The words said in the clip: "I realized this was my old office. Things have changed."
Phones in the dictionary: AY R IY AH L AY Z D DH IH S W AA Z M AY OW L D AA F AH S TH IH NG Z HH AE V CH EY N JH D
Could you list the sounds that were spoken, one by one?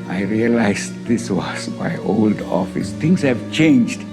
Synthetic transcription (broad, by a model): AY R IY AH L AY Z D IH S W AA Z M AY OW L D AA F AH S T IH NG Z HH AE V CH EY N JH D